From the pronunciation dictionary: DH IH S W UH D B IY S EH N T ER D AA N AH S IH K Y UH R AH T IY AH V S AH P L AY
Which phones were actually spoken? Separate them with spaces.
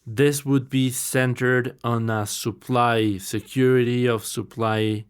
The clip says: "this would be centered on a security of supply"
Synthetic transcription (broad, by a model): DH IH S W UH D B IY S EH N T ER D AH L AH S IH K Y UH R AH T IY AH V S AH P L AY